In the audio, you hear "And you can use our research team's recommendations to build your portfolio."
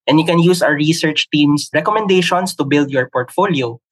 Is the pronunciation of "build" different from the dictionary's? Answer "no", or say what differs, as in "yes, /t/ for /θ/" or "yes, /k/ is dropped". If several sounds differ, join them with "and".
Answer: no